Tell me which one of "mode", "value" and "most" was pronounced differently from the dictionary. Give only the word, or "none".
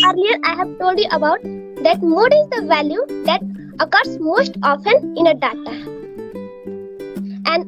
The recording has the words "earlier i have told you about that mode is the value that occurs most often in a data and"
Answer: none